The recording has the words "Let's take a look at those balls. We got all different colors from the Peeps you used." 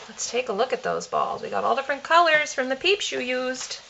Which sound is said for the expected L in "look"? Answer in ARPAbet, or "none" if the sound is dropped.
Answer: L